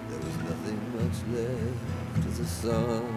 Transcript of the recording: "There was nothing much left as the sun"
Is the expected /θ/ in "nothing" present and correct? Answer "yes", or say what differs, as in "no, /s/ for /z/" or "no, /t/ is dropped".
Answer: yes